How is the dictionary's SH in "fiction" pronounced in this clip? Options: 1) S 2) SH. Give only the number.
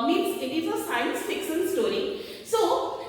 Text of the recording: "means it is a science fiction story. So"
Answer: 1